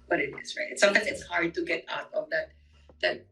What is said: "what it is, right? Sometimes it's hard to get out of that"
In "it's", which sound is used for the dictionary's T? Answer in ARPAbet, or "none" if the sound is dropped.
T